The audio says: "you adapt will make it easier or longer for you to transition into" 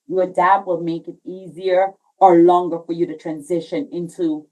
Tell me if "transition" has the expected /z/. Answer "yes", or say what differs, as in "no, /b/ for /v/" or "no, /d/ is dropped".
yes